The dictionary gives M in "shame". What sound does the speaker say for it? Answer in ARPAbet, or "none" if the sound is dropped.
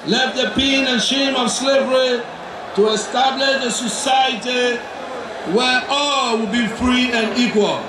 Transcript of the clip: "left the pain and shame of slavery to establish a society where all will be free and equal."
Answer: M